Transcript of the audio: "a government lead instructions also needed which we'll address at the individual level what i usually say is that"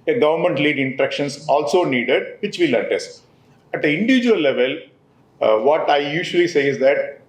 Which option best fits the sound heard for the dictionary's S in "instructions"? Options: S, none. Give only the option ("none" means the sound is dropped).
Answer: none